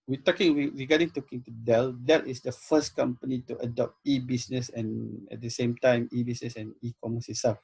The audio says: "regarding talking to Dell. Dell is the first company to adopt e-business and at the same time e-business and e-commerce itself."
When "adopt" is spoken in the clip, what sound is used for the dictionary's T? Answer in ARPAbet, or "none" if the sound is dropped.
T